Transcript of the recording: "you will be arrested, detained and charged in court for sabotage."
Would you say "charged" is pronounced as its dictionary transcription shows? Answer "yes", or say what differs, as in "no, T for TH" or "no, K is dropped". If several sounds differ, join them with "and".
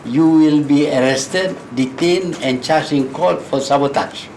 no, D is dropped